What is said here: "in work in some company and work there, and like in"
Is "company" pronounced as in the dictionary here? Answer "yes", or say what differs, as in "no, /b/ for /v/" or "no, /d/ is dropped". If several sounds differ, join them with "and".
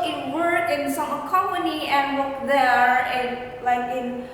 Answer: no, /p/ is dropped